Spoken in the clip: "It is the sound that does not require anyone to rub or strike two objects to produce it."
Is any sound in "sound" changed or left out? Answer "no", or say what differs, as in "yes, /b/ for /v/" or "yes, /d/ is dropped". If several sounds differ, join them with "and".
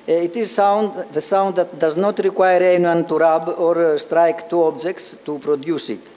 no